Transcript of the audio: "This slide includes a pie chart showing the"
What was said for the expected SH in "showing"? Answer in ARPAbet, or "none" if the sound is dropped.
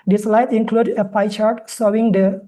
S